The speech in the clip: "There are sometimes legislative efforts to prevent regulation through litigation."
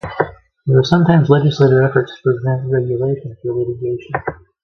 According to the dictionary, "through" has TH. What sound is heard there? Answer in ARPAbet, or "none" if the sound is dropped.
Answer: F